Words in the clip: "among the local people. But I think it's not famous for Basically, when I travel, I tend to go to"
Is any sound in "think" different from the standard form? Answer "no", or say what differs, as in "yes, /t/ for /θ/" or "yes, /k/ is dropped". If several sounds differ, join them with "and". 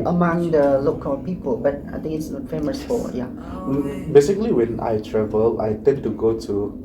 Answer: yes, /t/ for /θ/